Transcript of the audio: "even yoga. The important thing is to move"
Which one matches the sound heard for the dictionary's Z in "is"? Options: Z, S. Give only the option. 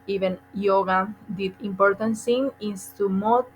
S